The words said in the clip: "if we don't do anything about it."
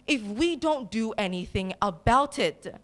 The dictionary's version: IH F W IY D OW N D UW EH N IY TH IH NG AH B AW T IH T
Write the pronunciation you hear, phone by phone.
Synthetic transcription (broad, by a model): IH F W IY D OW N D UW EH N IY TH IH NG AH B AW T IH T